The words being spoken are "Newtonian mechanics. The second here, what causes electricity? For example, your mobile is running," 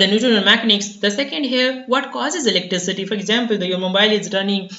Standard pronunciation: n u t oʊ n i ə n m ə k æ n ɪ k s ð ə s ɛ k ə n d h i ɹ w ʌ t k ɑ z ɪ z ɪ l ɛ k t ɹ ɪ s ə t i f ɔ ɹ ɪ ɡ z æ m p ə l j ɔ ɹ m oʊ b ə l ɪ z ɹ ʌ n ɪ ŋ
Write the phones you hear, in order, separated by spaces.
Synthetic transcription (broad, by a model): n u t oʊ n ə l m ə k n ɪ k s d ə s ɛ k ə n d h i ɹ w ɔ t k ɑ z ɪ z ɪ l ɛ k t ɹ ɪ s ə t i f ɔ ɹ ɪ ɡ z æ m p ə l j ɔ ɹ m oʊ b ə l ɪ z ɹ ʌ n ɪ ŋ